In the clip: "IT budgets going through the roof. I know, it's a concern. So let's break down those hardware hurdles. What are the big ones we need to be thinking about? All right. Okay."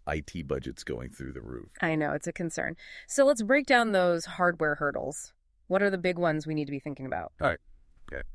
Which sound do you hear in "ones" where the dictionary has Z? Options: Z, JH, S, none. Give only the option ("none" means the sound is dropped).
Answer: Z